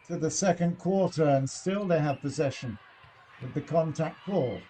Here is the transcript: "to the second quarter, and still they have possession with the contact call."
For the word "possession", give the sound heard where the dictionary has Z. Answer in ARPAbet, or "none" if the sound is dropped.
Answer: Z